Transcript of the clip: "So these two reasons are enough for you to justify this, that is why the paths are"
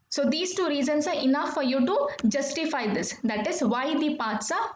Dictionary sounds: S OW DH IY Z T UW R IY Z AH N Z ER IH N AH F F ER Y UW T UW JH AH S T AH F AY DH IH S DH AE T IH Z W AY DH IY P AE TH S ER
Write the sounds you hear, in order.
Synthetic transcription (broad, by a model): S OW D IY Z T UW R IY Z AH N S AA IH N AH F F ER Y UW T UW JH AH S T AH F AY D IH S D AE T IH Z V AY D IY P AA T S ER